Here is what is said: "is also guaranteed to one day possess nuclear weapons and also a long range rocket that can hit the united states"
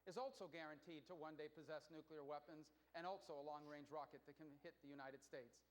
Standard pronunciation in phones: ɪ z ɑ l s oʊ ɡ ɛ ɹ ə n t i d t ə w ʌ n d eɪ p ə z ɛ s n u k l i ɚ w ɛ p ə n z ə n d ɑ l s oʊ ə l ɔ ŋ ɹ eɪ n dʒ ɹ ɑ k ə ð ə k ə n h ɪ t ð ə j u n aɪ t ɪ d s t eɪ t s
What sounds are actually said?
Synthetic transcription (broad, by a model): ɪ z ɑ l s oʊ ɡ ɛ ɹ ə n t i d t ə w ʌ n d eɪ p ə z ɛ s n u k l i ɚ w ɛ p ə n z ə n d ɑ l s oʊ ə l ɔ ŋ ɹ eɪ n dʒ ɹ ɑ k ə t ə k ə n h ɪ t ð ə j u n aɪ t ɪ d s t eɪ t s